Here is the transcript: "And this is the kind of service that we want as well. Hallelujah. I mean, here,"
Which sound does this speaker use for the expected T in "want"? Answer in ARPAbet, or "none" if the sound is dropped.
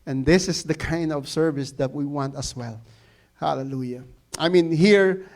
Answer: T